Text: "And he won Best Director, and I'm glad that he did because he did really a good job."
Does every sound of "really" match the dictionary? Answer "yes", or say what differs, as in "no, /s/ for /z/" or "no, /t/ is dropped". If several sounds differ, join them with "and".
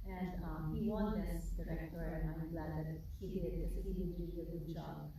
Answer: no, /l/ is dropped